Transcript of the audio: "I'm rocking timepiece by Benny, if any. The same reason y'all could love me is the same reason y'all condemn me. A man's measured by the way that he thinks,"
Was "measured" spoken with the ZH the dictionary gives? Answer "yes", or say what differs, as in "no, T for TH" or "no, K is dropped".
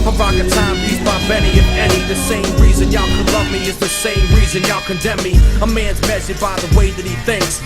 no, S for ZH